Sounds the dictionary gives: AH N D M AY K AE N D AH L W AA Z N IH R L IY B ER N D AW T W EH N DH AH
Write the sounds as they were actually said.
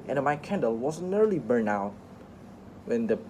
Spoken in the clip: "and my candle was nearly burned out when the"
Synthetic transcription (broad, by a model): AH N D M AY K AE N D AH L W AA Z N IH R L IY B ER N AW T W EH N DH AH